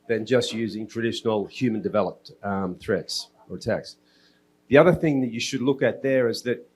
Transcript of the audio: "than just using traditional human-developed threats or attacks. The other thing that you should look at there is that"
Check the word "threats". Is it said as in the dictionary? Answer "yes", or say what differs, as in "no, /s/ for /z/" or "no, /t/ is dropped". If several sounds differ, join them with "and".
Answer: yes